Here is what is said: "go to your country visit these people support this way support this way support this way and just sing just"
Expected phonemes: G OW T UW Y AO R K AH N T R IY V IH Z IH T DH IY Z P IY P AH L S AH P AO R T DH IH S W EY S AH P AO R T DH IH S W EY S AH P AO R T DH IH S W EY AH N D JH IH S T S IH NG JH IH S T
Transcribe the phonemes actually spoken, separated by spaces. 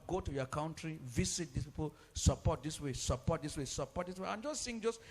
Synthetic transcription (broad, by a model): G OW T UW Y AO K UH N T R IY V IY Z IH T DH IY S P IY P AH L S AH P AO T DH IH S W EY S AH P AO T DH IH S W EY S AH P AO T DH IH S W EY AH N JH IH S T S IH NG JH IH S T